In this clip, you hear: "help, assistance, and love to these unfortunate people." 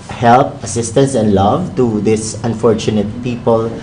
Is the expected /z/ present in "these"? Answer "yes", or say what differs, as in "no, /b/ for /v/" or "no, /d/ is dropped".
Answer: no, /s/ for /z/